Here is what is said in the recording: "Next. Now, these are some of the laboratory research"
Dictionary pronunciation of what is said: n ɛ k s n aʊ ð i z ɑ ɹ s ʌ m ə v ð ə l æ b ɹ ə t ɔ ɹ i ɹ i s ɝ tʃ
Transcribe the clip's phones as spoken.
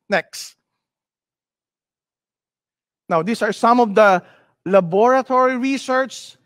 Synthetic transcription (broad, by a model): n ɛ k s n aʊ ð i s ɑ ɹ s ʌ m ə v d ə l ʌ b ɹ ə t ɔ ɹ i ɹ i s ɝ tʃ